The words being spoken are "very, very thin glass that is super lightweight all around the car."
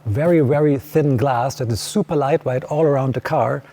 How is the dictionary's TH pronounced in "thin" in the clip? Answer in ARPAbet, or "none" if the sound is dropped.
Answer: TH